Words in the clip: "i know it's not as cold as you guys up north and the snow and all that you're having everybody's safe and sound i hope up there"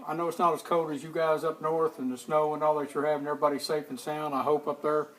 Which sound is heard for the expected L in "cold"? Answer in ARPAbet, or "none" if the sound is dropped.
none